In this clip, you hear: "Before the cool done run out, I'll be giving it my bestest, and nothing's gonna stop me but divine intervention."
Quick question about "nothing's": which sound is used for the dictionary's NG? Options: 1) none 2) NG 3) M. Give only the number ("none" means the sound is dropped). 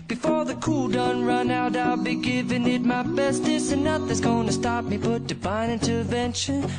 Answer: 1